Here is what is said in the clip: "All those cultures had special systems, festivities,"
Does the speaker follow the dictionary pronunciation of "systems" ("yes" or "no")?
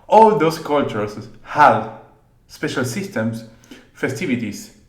no